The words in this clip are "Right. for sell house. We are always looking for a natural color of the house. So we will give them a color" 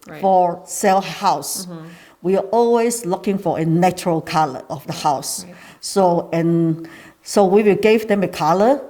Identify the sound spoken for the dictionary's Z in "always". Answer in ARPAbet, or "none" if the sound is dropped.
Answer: S